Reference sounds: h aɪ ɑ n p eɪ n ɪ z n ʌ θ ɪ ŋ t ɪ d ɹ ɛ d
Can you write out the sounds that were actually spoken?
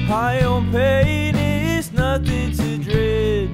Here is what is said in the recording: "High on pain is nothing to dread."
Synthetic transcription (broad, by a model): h aɪ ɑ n p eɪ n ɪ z n ʌ θ ɪ ŋ t ɪ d ɹ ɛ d